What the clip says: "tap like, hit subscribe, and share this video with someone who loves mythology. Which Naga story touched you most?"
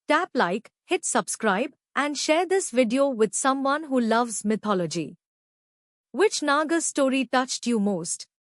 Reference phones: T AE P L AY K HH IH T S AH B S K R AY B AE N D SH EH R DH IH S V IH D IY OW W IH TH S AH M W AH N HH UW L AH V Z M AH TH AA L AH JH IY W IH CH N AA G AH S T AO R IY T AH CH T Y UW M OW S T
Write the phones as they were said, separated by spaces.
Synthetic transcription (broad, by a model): T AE P L AY K HH IH T S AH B S K R AY B AE N D SH EH R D IH S V IH D IY OW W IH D S AH M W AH N HH UW L AH V Z M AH T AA L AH JH IY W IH CH N AA G AH S T AO R IY T AH CH T Y UW M OW S T